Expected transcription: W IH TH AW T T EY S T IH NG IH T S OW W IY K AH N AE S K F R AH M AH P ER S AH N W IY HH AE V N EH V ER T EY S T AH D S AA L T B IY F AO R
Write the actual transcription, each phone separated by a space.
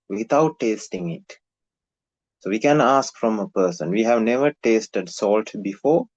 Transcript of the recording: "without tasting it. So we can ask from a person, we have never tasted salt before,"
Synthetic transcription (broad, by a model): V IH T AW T T EY S T IH NG IH T S OW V IY K AH N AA S K F R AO M AH P ER S AH N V IY HH AE V N EH V ER T EY S T AH D S AA L T B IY F AO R